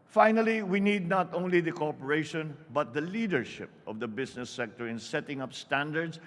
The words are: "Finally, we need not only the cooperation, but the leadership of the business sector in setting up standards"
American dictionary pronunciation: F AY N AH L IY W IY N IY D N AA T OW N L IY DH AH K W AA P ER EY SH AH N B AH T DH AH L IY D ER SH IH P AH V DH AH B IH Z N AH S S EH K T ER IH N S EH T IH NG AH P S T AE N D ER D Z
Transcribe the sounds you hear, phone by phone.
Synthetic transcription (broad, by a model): F AY N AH L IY W IY N IY D N AA T OW N L IY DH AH K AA P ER EY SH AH N B AH T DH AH L IY D ER SH IH P AH V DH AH B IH S N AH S S EH K T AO IH N S EH T IH NG AH P S T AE N D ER D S